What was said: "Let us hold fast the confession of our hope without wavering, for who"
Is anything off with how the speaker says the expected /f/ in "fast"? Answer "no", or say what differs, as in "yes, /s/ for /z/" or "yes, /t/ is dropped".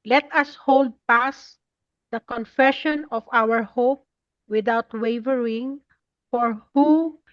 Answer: yes, /p/ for /f/